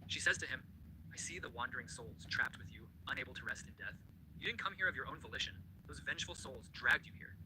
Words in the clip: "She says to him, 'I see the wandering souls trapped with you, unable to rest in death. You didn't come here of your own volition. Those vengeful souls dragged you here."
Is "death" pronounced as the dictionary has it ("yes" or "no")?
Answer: yes